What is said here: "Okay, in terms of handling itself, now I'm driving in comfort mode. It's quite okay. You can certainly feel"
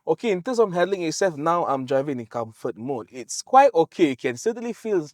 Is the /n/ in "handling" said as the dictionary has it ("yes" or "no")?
no